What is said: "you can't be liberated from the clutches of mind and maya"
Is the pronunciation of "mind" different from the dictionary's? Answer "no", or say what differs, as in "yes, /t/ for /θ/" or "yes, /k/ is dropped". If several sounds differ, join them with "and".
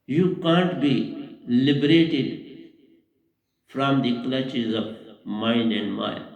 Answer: yes, /d/ is dropped